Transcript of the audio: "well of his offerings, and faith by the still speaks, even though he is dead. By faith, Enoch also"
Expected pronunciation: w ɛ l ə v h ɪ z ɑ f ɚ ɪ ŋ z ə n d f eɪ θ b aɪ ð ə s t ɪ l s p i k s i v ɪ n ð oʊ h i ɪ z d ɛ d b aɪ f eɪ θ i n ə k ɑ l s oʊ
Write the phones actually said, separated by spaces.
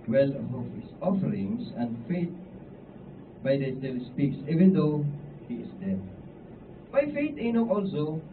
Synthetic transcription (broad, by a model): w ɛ l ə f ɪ s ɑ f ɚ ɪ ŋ s ə n d f eɪ t b aɪ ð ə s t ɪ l s p i k s i v ɪ n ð oʊ h i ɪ s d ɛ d b aɪ f eɪ t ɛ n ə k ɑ l s oʊ